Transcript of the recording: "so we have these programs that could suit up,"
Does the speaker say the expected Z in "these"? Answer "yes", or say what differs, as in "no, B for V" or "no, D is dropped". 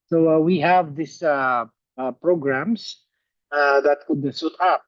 no, S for Z